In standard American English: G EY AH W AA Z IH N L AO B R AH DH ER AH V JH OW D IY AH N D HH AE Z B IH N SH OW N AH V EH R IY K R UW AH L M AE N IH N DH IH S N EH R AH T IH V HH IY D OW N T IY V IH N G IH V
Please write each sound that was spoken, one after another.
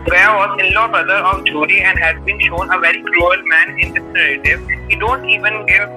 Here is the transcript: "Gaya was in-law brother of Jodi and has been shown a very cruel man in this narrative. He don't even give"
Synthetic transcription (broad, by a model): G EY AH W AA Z IH N L AO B R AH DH ER AH V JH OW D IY AH N D HH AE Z B IH N SH OW N AH V EH R IY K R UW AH L M AE N IH N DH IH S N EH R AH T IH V HH IY D OW N T IY V IH N G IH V